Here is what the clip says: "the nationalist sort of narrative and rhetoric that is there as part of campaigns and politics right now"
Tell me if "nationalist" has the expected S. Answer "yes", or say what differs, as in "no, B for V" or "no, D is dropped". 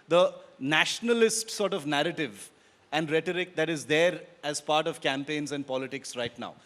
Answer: yes